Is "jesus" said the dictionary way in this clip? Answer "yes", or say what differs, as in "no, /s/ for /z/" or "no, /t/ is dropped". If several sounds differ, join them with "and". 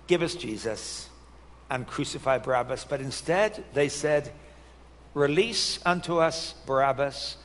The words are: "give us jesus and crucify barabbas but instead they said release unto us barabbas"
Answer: yes